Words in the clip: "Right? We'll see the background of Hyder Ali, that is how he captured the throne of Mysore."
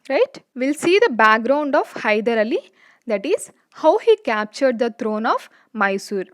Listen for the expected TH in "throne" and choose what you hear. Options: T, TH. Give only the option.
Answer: T